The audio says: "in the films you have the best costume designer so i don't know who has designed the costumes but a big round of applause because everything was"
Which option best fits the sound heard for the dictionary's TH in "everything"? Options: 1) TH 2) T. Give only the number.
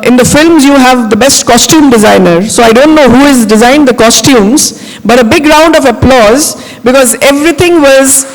2